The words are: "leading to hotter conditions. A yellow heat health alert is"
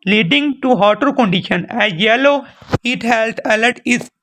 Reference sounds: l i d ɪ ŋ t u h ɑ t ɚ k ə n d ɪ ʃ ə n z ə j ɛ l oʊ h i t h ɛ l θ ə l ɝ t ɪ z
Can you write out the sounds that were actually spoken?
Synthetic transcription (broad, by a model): l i d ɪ ŋ t u h ɑ t ɚ k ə n d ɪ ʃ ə n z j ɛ l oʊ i t h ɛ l t ə l ɝ t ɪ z